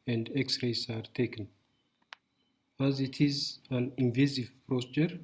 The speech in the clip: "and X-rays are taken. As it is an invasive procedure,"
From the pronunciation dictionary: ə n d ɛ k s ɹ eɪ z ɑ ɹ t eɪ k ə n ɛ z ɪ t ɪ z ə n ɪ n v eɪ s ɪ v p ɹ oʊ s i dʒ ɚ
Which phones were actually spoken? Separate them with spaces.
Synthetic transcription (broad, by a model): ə n d ɛ k s ɹ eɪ s ɑ ɹ t eɪ k ə n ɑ z ɪ t ɪ z ə n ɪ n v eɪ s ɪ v p ɹ oʊ s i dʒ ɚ